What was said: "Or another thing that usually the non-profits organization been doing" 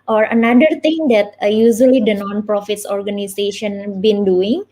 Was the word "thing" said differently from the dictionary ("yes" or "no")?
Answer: yes